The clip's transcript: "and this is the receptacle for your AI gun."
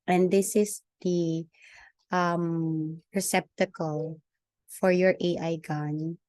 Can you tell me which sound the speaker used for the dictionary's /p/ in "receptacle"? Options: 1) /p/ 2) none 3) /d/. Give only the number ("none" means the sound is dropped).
1